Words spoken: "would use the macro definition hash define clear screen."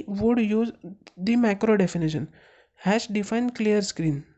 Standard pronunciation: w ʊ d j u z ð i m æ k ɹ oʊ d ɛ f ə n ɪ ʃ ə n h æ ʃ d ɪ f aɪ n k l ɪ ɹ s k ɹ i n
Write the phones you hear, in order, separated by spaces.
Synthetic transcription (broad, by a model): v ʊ d j u z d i m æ k ɹ oʊ d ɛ f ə n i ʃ ə n h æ s d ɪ f aɪ n k l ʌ ɹ s k ɹ i n